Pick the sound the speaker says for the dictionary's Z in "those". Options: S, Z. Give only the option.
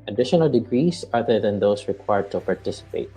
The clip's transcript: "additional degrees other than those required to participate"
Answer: S